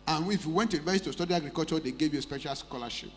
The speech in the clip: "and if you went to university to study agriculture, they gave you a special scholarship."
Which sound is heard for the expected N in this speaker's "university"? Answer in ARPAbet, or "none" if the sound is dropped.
none